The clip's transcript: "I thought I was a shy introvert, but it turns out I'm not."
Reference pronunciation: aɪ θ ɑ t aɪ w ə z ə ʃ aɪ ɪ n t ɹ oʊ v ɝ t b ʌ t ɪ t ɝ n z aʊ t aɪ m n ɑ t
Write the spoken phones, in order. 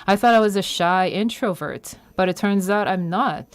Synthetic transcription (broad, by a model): aɪ θ ɑ t aɪ w ə z ə ʃ aɪ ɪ n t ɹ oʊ v ɝ t b ʌ t ɪ t ɝ n z aʊ t aɪ m n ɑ t